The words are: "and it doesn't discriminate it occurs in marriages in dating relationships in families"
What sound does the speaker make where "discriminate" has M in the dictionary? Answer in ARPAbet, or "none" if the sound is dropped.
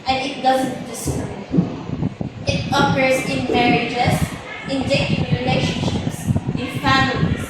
none